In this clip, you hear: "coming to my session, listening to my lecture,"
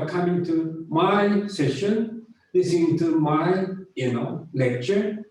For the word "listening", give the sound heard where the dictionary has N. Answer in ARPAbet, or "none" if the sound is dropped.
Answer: none